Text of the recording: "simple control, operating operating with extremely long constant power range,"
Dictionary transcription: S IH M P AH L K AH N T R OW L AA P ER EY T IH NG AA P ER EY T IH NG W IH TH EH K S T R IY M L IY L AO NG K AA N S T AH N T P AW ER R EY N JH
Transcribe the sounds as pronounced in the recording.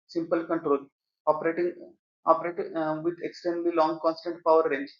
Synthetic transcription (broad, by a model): S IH M P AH L K AH N T R OW L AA P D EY T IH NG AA P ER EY T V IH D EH K S T EH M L IY L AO NG K AA N S T AH N T P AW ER R EY N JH